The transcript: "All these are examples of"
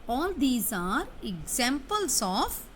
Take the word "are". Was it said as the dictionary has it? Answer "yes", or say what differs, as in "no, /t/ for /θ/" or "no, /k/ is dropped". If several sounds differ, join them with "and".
yes